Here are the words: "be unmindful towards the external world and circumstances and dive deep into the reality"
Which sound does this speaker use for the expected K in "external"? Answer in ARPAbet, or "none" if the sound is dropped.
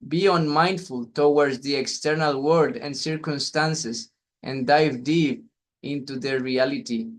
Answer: K